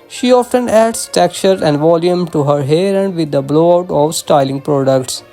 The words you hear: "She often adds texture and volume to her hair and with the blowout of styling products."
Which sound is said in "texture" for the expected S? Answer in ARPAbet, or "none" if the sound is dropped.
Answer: none